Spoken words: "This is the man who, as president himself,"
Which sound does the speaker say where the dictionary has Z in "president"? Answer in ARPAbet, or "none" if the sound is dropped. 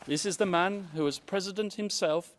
Z